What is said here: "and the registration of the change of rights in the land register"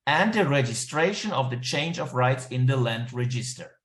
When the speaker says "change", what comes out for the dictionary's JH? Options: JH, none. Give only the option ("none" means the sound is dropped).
JH